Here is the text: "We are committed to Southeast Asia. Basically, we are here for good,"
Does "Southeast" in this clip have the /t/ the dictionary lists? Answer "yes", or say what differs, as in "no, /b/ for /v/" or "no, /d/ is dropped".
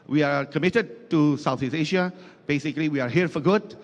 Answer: no, /t/ is dropped